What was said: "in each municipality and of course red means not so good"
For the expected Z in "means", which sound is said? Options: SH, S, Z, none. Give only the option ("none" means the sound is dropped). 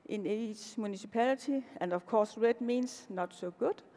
S